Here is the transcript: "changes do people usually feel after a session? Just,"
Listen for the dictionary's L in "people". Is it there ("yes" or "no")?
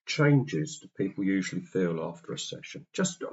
yes